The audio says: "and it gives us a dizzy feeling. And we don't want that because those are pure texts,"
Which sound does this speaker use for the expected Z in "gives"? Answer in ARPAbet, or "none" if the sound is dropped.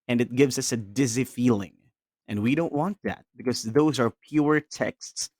Z